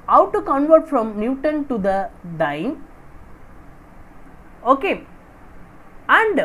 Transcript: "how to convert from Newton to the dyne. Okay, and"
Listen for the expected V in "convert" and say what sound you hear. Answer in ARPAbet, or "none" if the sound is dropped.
V